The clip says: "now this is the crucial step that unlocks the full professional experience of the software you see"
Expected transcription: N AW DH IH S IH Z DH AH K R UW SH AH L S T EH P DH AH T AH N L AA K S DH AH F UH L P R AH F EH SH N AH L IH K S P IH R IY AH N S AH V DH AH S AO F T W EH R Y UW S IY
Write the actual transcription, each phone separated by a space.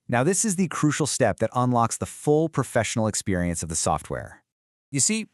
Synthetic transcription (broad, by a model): N AW DH IH S IH Z DH AH K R UW SH L S T EH P DH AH T AH N L AA K S DH AH F UH L P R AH F EH SH N L IH K S P IH R IY AH N S AH V DH AH S AO F T W EH R Y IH S IY